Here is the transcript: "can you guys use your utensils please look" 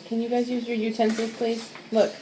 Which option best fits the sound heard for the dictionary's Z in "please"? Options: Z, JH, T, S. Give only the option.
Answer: S